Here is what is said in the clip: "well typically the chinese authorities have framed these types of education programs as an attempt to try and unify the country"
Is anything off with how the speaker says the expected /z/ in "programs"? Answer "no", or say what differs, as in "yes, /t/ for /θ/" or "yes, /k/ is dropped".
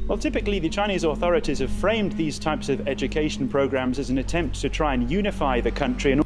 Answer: no